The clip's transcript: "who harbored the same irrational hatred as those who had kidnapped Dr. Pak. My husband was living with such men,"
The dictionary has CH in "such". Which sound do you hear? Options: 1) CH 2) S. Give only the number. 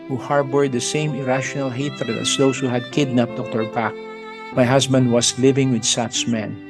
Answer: 2